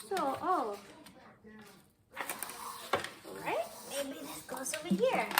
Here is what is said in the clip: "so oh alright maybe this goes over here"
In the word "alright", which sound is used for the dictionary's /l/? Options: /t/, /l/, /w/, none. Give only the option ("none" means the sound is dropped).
none